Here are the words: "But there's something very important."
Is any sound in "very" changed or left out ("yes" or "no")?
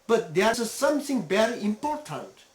yes